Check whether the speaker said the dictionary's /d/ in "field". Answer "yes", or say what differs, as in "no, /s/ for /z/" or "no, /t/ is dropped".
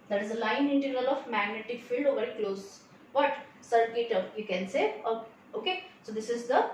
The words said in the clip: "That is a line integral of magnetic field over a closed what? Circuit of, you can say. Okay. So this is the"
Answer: yes